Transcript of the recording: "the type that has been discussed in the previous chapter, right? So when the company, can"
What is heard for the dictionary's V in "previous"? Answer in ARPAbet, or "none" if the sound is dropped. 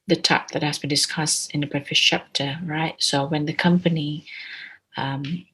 F